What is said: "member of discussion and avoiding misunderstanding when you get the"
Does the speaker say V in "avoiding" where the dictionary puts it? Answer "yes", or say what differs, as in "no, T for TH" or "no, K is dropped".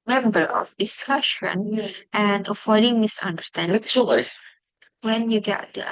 no, F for V